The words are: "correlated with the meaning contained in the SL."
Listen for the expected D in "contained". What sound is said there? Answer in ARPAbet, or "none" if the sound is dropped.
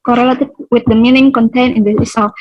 none